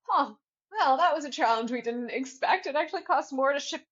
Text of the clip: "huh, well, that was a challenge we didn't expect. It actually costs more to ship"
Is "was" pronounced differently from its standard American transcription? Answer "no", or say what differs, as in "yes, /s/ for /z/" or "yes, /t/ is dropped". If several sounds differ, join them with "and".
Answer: no